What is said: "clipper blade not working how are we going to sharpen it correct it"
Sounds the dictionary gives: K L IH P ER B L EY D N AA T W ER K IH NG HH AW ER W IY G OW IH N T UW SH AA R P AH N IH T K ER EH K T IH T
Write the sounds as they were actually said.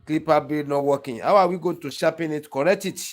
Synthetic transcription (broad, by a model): K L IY P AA B EY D N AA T W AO K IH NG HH AW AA W IY G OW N T UW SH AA P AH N IH T K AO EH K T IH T